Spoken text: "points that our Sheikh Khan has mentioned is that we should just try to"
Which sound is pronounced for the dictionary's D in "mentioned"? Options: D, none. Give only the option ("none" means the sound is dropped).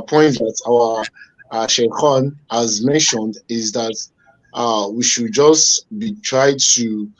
D